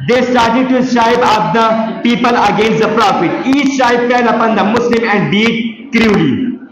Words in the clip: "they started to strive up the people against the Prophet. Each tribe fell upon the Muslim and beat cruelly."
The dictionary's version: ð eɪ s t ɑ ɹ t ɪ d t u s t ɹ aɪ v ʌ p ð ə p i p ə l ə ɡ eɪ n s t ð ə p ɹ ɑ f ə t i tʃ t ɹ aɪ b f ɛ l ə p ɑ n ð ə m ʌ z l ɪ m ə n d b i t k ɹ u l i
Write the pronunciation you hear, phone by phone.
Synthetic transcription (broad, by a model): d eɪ s t ɑ ɹ t ɪ d t u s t aɪ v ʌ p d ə p i p ə l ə ɡ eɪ n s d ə p ɹ ɑ f ə t i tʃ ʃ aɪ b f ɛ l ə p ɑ n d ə m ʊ s l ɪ m ə n d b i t k ɹ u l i